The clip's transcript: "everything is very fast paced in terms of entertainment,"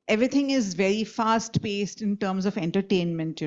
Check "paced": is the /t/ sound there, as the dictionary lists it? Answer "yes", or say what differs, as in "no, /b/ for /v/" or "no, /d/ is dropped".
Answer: yes